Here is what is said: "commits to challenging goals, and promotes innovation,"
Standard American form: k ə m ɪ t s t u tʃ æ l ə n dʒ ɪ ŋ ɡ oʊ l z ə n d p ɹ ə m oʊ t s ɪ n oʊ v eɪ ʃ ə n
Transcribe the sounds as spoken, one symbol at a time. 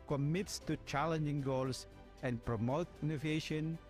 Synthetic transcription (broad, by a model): k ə m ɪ t s t u tʃ æ l ə n dʒ ɪ ŋ ɡ oʊ l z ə n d p ɹ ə m oʊ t ɪ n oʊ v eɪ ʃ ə n